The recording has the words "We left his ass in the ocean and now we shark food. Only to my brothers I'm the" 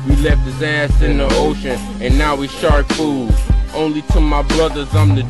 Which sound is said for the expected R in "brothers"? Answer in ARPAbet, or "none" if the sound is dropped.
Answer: L